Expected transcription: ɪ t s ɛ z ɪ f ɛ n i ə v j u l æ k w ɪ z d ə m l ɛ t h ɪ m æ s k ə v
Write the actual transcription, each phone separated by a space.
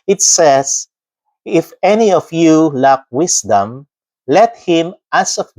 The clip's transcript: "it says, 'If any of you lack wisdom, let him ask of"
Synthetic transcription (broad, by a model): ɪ t s ɛ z ɪ f ɛ n i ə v j u l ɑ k w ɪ s d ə m l ɛ t h ɪ m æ s ə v